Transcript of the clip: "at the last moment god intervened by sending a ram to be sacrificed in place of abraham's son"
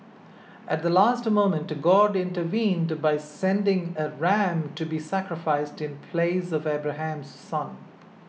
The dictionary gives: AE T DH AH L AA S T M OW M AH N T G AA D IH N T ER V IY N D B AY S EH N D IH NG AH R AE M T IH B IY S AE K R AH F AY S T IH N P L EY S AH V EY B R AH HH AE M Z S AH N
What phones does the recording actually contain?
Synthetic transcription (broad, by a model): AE T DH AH L AA S T M OW M AH N T G AA D IH N T ER V IY N D B AY S EH N D IH NG AH R AE M T IH B IY S AE K R AH F AY S T IH N P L EY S AH V EY B R AH HH AE M Z S AH N